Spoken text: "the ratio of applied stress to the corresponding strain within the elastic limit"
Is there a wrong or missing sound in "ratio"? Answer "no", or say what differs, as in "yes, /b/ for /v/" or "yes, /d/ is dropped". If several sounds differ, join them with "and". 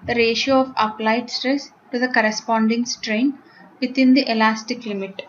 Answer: no